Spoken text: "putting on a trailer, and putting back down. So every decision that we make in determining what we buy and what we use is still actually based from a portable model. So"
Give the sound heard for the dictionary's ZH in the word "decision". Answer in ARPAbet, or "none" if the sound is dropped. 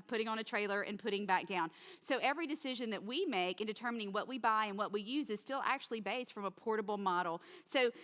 ZH